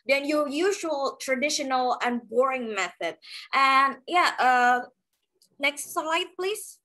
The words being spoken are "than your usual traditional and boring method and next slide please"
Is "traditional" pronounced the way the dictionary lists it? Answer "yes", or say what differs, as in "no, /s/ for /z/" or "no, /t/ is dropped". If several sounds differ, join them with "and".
yes